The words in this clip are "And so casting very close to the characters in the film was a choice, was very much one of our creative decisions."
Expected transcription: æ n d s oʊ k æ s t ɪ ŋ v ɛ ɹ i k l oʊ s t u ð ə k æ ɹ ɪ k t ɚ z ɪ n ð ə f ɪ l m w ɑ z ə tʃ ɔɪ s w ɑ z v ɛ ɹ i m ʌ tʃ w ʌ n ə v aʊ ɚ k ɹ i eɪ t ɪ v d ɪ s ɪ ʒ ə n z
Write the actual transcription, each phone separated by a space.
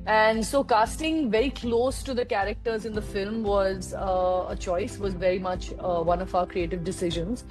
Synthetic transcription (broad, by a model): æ n d s oʊ k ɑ s t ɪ ŋ v ɛ ɹ i k l oʊ s t u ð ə k æ ɹ ɪ k t ɚ z ɪ n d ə f ɪ l m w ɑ z ə tʃ ɔɪ s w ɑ z v ɛ ɹ i m ʌ tʃ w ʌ n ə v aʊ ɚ k ɹ i eɪ t ɪ v d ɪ s ɪ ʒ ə n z